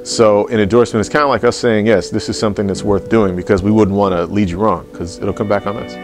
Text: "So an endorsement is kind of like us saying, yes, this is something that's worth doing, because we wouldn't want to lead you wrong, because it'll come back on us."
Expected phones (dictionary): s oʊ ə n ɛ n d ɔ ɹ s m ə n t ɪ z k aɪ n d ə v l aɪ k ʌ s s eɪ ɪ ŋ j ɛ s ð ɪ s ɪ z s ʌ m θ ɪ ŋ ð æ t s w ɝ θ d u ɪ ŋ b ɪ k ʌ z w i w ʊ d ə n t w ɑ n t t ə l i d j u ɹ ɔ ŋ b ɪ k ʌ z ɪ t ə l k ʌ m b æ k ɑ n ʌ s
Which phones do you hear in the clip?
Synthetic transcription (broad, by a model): s oʊ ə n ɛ n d ɔ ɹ s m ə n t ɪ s k aɪ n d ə l aɪ k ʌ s s eɪ ɪ ŋ j ɛ s ð ɪ s ɪ z s ʌ m θ ɪ ŋ ð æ t s w ɝ θ d u ɪ ŋ b ɪ k ʌ z w i w ʊ d n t w ɑ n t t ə l i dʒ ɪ ɹ ɔ ŋ k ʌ z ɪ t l k ʌ m b æ k n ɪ s